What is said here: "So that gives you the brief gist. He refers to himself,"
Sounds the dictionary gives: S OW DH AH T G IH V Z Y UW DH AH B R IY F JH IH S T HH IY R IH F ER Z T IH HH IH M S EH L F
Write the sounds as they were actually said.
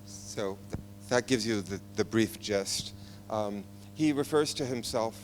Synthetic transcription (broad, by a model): S OW DH AH T G IH V Z Y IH DH AH B R IY F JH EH S T HH IY R IH F ER Z T IH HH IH M S EH L F